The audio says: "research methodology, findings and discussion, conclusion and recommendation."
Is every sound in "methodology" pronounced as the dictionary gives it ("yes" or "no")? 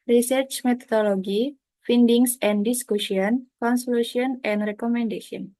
no